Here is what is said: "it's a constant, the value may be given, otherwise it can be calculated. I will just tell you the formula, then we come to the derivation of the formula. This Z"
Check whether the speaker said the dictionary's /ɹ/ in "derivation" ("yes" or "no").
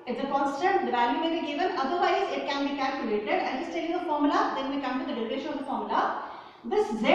no